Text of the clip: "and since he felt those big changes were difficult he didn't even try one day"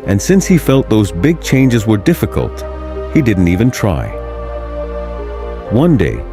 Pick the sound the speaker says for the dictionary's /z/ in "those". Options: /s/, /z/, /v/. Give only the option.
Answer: /z/